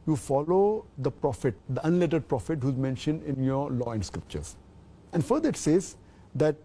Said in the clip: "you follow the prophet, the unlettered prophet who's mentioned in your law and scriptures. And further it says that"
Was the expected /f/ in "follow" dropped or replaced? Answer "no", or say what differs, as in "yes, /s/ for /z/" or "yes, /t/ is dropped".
no